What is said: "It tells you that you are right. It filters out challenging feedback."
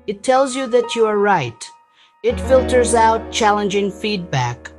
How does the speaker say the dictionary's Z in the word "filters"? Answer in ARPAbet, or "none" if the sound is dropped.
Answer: Z